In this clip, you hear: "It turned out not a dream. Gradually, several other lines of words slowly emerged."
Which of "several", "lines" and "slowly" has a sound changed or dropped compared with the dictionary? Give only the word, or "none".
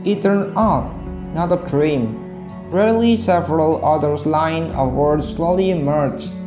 lines